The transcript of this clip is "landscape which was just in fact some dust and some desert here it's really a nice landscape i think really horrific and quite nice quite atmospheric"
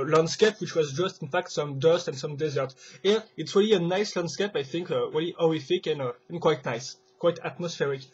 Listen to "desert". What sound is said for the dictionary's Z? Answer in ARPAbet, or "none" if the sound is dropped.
Z